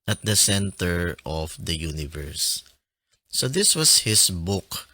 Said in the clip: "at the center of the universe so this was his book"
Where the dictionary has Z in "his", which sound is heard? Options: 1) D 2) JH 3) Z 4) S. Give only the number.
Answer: 4